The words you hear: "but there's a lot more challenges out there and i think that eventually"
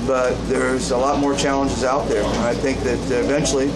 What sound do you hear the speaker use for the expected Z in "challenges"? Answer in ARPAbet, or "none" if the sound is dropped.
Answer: Z